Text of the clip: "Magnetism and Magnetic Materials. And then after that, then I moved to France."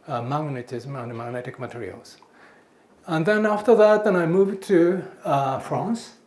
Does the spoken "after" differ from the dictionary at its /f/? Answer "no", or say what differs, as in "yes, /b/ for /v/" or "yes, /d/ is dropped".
no